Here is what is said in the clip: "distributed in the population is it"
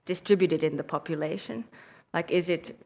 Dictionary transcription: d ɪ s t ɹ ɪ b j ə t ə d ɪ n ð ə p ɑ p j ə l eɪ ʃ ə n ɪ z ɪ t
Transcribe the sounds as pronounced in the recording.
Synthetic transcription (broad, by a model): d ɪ s t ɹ ɪ b j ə t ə d ɪ n ð ə p ɑ p j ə l eɪ ʃ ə n ɪ z ɪ t